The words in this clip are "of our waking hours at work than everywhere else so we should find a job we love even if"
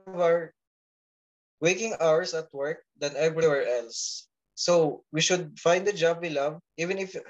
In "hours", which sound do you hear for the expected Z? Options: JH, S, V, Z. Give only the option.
S